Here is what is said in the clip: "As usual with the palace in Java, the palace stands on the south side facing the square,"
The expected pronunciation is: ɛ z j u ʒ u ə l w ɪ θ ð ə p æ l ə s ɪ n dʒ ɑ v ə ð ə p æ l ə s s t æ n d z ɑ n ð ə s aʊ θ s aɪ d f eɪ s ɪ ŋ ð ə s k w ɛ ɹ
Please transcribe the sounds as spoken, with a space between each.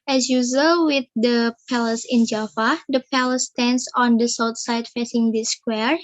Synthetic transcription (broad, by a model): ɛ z j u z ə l w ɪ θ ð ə p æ l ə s ɪ n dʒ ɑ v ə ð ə p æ l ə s s t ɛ n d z ɑ n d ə s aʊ t s aɪ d f eɪ s ɪ ŋ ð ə s k w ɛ ɹ